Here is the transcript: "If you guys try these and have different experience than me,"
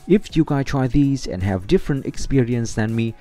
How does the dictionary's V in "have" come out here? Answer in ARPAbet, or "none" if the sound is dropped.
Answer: V